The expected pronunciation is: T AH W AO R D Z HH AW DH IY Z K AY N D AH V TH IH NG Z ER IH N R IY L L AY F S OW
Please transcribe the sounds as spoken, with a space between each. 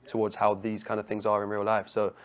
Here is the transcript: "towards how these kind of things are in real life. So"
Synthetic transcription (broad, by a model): T AH W AO D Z HH AW DH IY Z K AY N D AH V TH IH NG Z ER IH N R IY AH L AY F S OW